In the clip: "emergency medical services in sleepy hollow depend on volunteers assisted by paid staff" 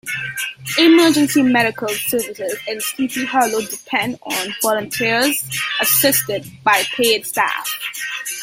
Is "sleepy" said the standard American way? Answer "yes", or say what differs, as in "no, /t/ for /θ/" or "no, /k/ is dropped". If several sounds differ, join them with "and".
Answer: no, /l/ is dropped